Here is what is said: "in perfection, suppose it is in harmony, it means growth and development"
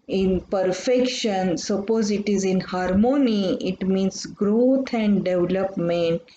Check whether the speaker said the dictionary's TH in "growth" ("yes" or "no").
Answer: no